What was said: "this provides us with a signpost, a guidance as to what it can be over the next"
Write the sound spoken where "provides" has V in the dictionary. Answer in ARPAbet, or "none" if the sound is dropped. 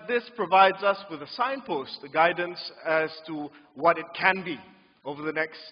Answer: V